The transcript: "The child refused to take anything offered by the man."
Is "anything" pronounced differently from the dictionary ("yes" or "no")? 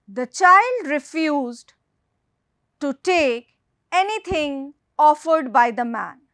yes